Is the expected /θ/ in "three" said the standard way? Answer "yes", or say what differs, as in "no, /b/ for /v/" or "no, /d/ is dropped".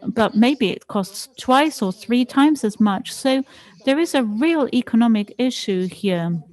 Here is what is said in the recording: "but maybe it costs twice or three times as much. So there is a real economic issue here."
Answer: yes